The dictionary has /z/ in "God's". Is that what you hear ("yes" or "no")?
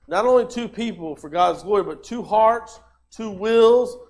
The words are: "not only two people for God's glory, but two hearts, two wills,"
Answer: yes